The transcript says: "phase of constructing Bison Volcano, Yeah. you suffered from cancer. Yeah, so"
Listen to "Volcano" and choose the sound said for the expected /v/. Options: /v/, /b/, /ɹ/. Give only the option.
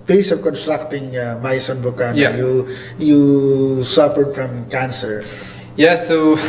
/b/